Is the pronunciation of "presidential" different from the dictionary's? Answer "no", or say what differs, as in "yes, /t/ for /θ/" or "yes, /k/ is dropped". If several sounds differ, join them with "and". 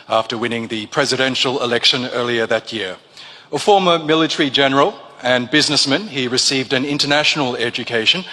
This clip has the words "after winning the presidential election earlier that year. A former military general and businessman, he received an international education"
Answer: no